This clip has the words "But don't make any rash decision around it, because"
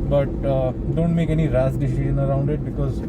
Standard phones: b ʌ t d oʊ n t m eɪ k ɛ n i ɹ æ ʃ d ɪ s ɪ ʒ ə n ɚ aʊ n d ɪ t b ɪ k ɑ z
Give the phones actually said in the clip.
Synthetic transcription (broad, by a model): b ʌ t d oʊ n t m eɪ k ɛ n i ɹ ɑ s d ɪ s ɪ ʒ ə n ɚ aʊ n d ɪ t b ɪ k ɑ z